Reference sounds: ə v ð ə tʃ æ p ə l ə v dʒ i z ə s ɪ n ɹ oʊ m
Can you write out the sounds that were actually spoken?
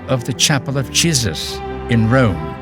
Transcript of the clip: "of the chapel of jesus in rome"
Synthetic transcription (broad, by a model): ə v ð ə tʃ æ p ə l ə v dʒ i z ə s ɪ n ɹ oʊ m